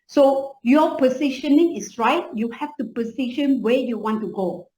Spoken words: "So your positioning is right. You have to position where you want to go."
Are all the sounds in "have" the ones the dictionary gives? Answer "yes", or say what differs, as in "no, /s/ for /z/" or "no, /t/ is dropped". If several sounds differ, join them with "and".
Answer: no, /f/ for /v/